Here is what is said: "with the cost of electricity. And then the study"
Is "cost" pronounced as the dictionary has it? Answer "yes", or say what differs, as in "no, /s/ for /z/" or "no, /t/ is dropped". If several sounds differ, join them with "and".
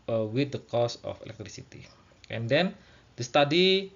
no, /t/ is dropped